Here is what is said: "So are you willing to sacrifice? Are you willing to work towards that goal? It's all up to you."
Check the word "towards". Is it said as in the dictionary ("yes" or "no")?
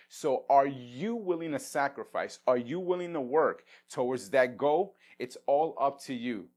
no